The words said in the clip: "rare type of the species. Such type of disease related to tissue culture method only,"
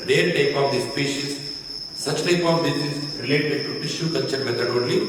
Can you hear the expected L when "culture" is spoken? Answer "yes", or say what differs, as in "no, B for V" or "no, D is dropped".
no, N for L